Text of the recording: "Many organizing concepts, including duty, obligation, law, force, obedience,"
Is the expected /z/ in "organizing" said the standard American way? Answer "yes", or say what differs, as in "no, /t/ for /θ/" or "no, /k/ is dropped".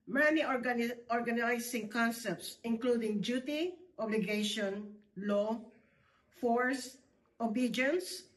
no, /s/ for /z/